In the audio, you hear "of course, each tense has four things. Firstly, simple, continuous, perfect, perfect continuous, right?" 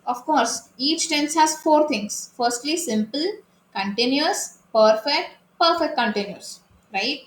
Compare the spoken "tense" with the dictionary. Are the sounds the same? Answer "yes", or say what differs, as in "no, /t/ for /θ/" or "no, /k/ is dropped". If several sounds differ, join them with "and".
yes